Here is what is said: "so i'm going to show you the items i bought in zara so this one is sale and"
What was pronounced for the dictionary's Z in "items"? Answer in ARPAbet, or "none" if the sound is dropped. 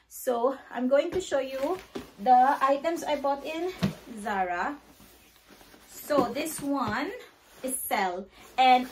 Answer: S